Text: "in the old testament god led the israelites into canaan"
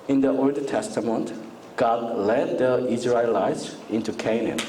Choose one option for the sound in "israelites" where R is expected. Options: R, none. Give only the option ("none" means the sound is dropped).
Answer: R